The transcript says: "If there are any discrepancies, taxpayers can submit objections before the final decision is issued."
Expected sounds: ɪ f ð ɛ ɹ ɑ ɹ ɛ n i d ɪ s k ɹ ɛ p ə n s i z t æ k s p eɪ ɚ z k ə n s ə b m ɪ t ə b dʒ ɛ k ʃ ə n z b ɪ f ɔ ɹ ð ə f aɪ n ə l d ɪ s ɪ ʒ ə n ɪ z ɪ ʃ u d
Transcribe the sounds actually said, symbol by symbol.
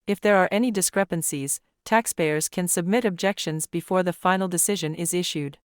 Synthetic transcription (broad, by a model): ɪ f ð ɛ ɹ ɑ ɹ ɛ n i d ɪ s k ɹ ɛ p ə n s i z t æ k s p eɪ ɚ z k ə n s ə b m ɪ t ə b dʒ ɛ k ʃ ə n z b ɪ f ɔ ɹ ð ə f aɪ n l d ɪ s ɪ ʒ ə n ɪ z ɪ ʃ u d